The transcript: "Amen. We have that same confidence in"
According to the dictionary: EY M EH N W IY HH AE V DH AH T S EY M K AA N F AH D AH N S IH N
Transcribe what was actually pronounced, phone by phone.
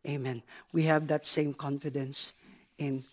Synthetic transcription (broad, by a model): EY M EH N W IY HH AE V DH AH T S EY M K AA N F AH D AH N S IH N